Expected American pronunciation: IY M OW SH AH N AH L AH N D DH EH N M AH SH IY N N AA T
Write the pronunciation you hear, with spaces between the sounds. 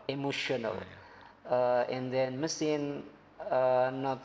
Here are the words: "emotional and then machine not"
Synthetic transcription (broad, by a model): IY M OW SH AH N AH L AH N D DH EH N M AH S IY N N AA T